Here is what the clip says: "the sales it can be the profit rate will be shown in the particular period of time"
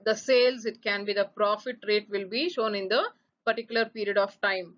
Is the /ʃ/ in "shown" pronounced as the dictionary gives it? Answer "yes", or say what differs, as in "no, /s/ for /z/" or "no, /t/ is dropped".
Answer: yes